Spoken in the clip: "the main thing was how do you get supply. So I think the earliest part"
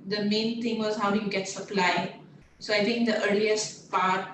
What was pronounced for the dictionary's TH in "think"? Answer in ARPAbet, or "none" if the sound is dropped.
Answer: T